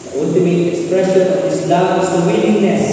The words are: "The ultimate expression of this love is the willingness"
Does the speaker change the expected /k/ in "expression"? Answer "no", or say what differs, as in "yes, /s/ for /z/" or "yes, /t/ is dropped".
yes, /k/ is dropped